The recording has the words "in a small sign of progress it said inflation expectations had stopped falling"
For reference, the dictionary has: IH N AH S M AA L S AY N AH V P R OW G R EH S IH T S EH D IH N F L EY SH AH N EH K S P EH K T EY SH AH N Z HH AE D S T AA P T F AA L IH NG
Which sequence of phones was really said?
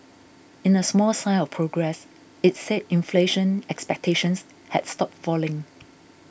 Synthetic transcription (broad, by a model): IH N AH S M AA L S AY L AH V P R OW G R EH S IH T S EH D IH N F L EY SH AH N EH K S P EH K T EY SH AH N S HH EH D S T AA P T F AA L IH NG